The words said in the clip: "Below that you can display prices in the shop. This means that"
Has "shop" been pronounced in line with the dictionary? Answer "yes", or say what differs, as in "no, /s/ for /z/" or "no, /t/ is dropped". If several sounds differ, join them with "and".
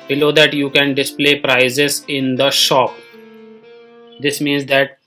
yes